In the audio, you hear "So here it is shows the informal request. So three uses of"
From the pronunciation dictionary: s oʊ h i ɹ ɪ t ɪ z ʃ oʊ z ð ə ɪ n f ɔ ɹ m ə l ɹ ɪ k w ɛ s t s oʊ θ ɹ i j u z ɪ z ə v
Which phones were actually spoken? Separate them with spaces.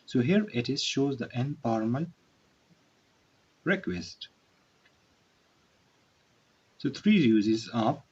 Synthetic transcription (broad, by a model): s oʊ h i ɹ ɪ t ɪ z ʃ oʊ z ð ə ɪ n p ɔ ɹ m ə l ɹ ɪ k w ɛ s t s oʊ t ɹ i j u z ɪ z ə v